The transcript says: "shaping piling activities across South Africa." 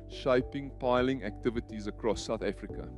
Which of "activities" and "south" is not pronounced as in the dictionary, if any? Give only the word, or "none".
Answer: none